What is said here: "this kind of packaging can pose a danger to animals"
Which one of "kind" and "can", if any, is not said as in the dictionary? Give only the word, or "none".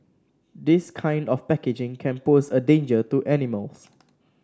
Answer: none